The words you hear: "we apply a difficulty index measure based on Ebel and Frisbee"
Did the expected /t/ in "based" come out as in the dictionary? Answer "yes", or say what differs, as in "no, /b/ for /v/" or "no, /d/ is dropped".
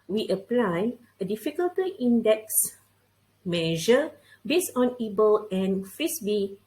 no, /t/ is dropped